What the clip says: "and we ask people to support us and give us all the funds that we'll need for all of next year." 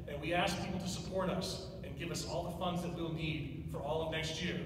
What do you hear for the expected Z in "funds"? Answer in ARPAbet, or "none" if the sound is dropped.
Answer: Z